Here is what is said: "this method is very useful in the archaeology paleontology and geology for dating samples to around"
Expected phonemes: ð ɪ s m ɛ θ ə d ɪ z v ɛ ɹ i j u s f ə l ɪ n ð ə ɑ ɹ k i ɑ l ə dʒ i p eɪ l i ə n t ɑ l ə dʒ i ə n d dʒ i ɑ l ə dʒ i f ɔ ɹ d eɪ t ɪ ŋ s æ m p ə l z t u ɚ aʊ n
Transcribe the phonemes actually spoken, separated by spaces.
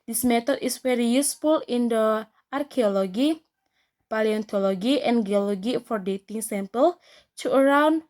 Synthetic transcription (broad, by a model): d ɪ s m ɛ t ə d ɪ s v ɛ ɹ i j u s f ə l ɪ n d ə ɑ ɹ k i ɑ l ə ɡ i p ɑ l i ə n t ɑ l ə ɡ i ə n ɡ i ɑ l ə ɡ i f ɔ ɹ d eɪ t ɪ ŋ s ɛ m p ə l t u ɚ aʊ n